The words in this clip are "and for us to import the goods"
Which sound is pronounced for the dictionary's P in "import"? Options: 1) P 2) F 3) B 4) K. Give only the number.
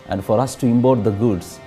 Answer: 3